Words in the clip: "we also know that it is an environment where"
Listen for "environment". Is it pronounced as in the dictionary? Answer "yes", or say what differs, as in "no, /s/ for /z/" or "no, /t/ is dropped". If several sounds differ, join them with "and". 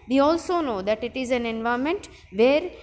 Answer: no, /ɹ/ is dropped and /n/ is dropped